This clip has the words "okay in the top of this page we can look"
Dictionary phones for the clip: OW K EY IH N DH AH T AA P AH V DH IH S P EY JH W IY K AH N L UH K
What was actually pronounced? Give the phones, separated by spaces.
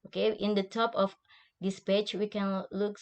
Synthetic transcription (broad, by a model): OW K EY IH N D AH T AA P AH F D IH S P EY CH W IY K AH N L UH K